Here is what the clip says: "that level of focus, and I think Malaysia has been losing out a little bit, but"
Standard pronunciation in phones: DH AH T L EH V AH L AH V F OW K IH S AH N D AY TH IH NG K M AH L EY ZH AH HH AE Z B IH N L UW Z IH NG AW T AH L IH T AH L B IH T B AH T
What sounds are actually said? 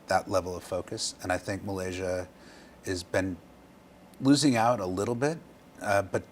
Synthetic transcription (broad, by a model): DH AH T L EH V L AH V F OW K IH S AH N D AY TH IH NG K M AH L EY ZH AH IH Z B IH N L UW Z IH NG AW T AH L IH T L B IH T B AH T